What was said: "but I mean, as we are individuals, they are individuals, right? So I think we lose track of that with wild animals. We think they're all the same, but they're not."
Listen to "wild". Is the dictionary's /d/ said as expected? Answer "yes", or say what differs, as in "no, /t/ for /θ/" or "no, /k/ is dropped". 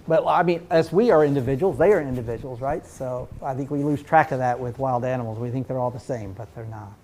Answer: yes